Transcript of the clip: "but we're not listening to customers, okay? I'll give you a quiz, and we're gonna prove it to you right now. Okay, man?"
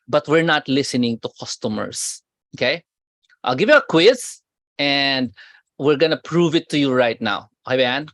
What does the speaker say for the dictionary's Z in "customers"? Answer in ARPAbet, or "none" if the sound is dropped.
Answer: S